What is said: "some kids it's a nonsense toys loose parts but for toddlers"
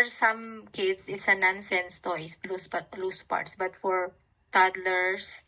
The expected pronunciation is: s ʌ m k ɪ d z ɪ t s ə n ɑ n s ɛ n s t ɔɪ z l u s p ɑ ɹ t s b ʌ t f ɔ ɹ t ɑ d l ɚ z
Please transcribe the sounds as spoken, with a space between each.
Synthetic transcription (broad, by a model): s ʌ m k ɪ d s ɪ t s ə n ɑ n s ɛ n s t ɔɪ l l u s p ɑ ɹ t s b ʌ t f ɔ ɹ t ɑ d l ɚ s